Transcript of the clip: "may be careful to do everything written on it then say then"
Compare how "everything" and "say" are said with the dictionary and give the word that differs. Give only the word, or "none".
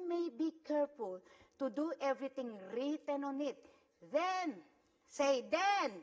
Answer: everything